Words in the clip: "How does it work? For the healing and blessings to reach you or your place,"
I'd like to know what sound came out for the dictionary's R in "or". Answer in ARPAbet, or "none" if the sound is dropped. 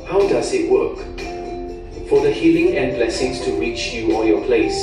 L